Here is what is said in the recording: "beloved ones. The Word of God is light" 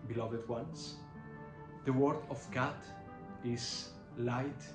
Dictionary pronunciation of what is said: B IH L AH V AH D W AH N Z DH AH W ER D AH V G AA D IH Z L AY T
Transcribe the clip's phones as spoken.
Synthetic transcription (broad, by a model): B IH L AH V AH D W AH N S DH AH W ER D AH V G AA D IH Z L AY T